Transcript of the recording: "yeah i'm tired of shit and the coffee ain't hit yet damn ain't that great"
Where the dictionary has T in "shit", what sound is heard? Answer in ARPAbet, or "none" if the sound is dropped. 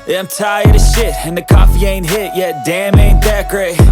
T